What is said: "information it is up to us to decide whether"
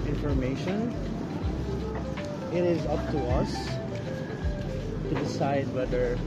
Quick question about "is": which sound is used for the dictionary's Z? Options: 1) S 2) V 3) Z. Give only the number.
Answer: 3